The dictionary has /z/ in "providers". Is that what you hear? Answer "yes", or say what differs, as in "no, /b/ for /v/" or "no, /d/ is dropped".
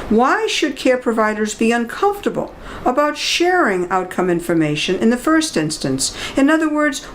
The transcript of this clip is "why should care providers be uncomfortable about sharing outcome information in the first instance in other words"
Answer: yes